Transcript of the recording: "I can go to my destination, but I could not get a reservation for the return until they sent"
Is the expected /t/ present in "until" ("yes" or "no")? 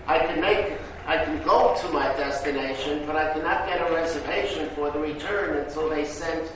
no